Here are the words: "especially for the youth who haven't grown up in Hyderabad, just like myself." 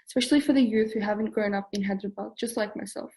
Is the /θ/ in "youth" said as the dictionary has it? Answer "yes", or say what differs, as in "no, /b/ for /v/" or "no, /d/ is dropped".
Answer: yes